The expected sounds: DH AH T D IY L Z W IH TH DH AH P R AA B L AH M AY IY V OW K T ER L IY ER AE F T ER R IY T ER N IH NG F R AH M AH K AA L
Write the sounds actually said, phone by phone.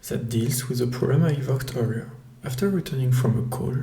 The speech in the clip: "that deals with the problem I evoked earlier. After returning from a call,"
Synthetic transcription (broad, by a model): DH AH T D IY L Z W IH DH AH P AA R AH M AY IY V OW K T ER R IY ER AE F T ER R IY T ER N IH NG F R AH M AH K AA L